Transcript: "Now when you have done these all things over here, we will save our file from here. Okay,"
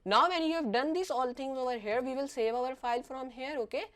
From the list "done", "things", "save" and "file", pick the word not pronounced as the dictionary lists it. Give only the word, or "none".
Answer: things